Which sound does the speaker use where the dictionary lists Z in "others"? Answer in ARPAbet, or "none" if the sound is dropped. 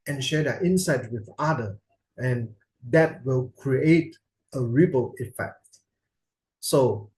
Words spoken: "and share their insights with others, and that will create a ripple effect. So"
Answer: none